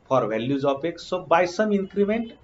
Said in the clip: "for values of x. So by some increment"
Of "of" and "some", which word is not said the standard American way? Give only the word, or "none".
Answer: of